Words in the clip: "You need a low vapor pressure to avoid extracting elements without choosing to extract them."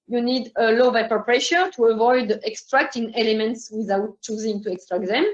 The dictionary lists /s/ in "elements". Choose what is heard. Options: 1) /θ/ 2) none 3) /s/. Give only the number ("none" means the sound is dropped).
3